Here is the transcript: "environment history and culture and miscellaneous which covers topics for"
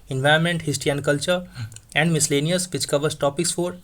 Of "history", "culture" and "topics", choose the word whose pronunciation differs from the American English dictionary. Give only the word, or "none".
history